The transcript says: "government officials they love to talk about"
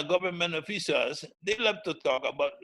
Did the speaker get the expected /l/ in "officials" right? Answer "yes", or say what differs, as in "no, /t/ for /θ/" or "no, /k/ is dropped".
no, /l/ is dropped